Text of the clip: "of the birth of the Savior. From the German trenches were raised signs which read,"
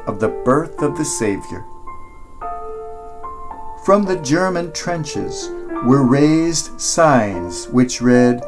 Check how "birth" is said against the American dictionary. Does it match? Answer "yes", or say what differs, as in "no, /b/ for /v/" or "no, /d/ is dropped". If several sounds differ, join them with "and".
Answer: yes